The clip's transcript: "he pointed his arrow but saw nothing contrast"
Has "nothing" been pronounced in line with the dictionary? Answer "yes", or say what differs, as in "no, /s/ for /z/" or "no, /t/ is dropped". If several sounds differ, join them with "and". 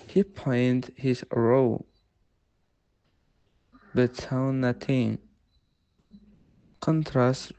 no, /t/ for /θ/